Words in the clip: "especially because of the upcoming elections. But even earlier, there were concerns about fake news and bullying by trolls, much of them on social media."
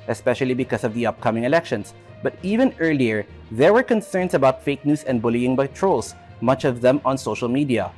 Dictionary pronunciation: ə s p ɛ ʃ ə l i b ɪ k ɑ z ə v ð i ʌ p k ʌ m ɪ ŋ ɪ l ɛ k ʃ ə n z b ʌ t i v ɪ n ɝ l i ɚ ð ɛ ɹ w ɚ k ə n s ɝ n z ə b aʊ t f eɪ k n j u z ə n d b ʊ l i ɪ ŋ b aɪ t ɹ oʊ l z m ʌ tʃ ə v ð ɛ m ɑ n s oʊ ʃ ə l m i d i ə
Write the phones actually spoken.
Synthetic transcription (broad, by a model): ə s p ɛ ʃ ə l i b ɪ k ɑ s ə v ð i ʌ p k ʌ m ɪ ŋ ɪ l ɛ k ʃ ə n s b ʌ t i v ɪ n ɝ l i ɚ ð ɛ ɹ w ɚ k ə n s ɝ n s ə b aʊ t f eɪ k n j u s ə n d b ʊ l i ɪ ŋ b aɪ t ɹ oʊ l s m ʌ tʃ ə v ð ɛ m ɑ n s oʊ ʃ ə l m i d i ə